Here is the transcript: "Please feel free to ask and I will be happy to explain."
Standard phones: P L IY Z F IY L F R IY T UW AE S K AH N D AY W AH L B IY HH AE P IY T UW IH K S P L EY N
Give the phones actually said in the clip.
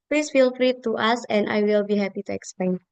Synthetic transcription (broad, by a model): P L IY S F IY L F R IY T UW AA S AH N D AY W AH L B IY HH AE P IY T UW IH K S P L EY N